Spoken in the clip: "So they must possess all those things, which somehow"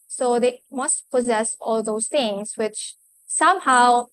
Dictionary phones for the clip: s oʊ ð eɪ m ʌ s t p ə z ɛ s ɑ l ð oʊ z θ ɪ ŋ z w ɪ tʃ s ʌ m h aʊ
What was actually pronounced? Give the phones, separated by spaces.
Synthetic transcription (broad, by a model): s oʊ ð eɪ m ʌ s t p ə z ɛ s ɑ l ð oʊ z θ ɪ ŋ s w ɪ tʃ s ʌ m h aʊ